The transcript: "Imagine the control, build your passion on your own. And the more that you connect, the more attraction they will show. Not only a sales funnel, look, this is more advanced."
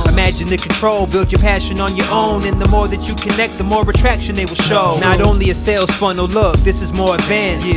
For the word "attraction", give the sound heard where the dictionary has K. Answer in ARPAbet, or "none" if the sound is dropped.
K